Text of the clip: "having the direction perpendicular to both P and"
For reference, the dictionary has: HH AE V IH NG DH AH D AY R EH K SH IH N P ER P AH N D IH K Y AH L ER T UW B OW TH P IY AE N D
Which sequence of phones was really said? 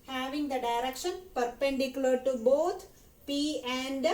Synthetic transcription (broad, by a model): HH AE V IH NG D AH D AY R EH K SH IH N P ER P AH N D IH K Y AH L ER T UW B OW T P IY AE N D